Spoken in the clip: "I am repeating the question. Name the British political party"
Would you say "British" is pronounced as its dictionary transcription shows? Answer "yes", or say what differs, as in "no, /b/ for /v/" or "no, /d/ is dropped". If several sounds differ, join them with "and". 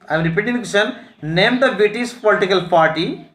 no, /ɹ/ is dropped and /s/ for /ʃ/